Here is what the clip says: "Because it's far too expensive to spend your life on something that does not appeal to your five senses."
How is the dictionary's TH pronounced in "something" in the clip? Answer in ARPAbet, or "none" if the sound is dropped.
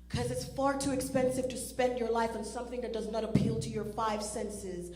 TH